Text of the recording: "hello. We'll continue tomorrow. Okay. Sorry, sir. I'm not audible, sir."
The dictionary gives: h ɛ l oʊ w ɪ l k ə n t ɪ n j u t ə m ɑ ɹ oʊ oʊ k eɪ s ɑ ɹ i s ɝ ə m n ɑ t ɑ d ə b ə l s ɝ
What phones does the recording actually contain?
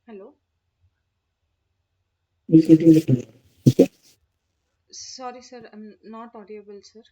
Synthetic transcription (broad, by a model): h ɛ l oʊ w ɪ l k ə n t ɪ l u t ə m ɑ oʊ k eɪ s ɑ ɹ i s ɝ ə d n ɑ t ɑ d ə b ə l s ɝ